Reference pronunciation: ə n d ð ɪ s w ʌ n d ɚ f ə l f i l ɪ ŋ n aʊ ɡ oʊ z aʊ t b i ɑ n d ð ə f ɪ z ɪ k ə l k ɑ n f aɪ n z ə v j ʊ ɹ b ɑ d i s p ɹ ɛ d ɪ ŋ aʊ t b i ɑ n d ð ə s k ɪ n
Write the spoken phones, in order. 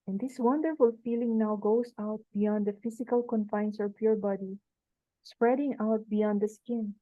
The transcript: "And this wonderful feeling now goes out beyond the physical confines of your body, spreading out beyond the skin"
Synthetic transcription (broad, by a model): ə n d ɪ s w ʌ n d ɚ f ə l f i l ɪ ŋ n aʊ ɡ oʊ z aʊ t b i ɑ n d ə f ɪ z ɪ k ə l k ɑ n f aɪ n s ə p j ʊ ɹ b ɑ d i s p ɹ ɛ d ɪ ŋ aʊ t b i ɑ n d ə s k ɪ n